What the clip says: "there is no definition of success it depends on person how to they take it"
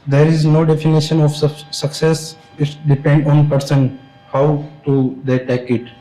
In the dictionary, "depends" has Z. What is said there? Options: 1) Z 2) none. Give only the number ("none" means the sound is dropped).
2